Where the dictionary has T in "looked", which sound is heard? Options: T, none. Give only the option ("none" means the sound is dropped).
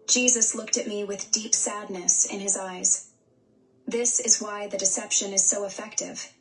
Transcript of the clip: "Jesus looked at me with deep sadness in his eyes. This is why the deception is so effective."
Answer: T